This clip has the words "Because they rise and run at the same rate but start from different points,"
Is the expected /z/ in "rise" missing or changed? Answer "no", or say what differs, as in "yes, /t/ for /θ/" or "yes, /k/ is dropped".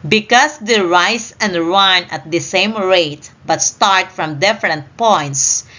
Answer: yes, /s/ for /z/